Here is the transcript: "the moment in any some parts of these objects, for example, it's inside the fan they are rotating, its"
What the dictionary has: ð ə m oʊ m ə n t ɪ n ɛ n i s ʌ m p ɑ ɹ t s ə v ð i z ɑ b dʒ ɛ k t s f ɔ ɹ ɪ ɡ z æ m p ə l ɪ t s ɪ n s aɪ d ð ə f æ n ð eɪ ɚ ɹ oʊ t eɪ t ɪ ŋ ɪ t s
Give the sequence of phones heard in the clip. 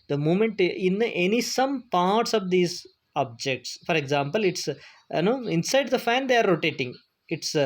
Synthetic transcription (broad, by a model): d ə m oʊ m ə n t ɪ n ɛ n i s ʌ m p ɑ ɹ t s ə v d i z ɑ b dʒ ɛ k t s f ɔ ɹ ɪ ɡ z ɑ m p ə l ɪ t s ɪ n s aɪ d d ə f æ n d eɪ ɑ ɹ oʊ t eɪ t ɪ ŋ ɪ t s